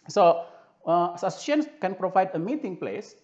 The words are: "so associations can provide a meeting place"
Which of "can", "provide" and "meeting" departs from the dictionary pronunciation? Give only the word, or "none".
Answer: none